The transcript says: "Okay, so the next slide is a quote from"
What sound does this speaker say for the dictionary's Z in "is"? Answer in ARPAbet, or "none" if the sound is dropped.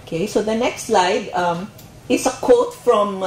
S